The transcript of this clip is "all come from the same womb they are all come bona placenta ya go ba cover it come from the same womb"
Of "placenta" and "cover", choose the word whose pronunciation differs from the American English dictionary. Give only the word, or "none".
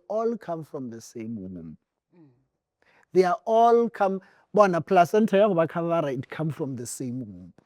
cover